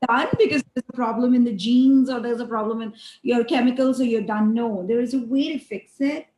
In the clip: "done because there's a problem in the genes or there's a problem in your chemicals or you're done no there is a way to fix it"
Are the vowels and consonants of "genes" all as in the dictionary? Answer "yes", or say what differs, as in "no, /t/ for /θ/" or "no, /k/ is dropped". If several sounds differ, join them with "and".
yes